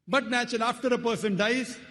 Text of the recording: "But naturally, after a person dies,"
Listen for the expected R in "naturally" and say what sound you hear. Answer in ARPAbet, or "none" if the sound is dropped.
none